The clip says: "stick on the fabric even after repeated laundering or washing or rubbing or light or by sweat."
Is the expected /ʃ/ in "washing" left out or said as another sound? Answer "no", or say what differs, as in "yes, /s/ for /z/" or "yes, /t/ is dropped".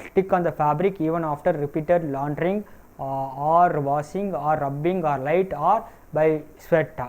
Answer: yes, /s/ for /ʃ/